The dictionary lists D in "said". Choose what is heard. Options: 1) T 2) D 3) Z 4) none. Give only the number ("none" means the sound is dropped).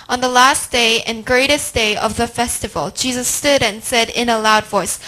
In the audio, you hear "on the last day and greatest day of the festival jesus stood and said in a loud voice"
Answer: 2